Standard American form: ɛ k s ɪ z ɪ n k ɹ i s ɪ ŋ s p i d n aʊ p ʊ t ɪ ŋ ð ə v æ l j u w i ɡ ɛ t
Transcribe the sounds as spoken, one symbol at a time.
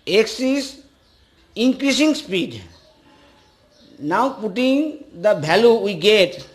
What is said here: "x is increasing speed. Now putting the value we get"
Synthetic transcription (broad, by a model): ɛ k s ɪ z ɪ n k ɹ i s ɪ ŋ s p i d n aʊ p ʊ t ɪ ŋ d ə b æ l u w i ɡ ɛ t